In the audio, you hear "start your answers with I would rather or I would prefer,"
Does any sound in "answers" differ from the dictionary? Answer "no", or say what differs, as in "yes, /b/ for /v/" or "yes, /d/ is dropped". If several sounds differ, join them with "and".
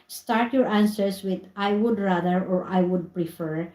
yes, /s/ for /z/